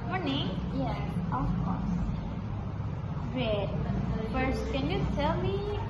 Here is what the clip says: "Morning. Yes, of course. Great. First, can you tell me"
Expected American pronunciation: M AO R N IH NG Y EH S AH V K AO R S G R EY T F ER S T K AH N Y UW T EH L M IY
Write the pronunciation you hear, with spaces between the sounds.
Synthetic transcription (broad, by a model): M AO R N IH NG Y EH AH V K AO R S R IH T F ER S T K AH N Y UW T EH L M IY